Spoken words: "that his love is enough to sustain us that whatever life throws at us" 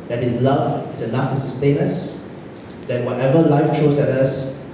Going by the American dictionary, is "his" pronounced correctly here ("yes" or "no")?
no